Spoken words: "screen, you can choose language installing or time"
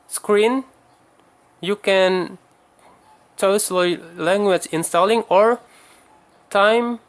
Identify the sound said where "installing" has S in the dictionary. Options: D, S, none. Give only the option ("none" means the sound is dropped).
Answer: S